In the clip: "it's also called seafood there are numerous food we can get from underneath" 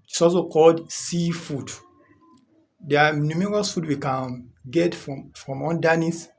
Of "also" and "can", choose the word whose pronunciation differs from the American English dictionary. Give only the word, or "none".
also